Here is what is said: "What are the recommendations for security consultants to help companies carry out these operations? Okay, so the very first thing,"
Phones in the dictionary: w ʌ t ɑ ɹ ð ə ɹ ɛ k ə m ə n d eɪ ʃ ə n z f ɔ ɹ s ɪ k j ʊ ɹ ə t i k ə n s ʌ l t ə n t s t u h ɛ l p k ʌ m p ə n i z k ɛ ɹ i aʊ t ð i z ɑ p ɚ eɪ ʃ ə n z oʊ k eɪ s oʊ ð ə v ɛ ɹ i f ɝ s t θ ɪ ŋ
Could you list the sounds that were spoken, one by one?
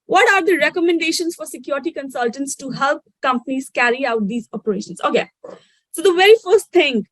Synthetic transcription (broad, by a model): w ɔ t ɑ ɹ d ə ɹ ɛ k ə m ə n d eɪ ʃ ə n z f ɔ ɹ s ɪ k j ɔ ɹ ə t i k ə n s ʌ l t ə n t s t u h ɛ l p k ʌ m p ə n i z k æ ɹ i aʊ t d i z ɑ p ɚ eɪ ʃ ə n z oʊ k eɪ s oʊ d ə v ɛ ɹ i f ɝ s t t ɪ ŋ